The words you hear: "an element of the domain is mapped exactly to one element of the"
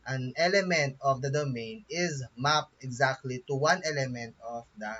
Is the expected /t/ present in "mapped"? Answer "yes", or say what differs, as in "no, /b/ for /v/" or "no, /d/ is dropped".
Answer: no, /t/ is dropped